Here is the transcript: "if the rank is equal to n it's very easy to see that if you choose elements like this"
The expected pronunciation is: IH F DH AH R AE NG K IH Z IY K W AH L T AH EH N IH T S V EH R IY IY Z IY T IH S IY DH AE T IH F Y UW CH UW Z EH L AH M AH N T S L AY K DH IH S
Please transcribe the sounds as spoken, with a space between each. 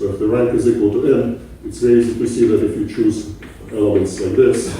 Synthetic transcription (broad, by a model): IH F DH AH R AE NG K IH Z IY K W AH L T AH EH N IH T S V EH IY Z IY T IH S IY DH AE T IH F Y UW CH UW Z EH L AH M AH N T S L AY K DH IH S